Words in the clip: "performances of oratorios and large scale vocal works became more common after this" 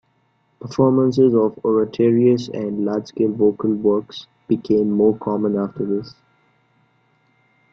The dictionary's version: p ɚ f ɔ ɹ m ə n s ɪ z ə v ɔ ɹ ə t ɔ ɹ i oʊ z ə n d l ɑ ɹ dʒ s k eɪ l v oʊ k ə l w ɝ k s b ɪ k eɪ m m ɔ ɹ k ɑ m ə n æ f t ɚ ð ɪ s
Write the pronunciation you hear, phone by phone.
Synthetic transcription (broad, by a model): p ɚ f ɔ ɹ m ə n s ɪ z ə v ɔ ɹ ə t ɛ ɹ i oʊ s ə n d l ɑ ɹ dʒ s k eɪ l v oʊ k ə l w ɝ k s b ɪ k eɪ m m ɔ ɹ k ɑ m ə n æ f t ɚ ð ɪ s